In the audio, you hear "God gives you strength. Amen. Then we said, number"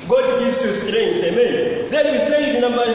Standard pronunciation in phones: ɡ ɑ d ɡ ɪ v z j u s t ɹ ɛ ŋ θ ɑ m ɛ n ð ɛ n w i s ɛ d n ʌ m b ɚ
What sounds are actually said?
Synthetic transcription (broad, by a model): ɡ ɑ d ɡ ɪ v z j u s t ɹ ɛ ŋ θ ɑ m ɛ n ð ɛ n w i s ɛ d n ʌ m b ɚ